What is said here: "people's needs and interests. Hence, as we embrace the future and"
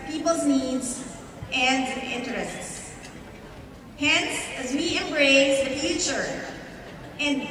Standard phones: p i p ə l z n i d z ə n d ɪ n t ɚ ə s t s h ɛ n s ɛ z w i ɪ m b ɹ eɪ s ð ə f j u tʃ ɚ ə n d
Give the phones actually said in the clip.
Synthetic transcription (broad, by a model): p i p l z n i d z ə n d ɪ n t ɚ ə s t s h ɛ n s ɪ z w i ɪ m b ɹ eɪ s ð ə f j u tʃ ɚ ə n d